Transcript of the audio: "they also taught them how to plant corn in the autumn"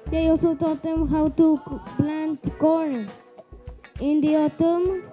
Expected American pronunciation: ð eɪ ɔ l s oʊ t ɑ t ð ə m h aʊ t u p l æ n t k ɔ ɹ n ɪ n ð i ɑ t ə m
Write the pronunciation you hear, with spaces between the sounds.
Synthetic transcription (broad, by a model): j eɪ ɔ s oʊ t ɑ t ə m h aʊ t u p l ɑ n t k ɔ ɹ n ɪ n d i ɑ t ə m